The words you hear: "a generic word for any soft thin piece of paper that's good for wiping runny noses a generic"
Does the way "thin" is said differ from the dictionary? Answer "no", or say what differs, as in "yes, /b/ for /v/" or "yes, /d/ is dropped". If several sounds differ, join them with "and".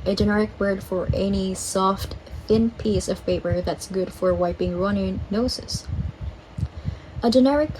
no